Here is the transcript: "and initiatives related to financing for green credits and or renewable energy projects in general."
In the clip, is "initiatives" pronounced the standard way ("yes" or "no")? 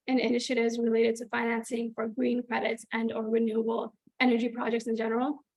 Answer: yes